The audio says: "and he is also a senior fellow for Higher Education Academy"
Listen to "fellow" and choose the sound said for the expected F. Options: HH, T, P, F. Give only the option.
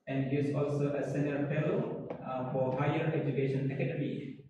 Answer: P